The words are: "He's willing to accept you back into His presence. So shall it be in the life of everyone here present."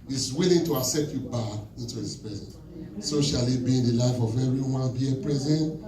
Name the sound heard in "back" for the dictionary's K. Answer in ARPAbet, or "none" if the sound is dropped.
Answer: none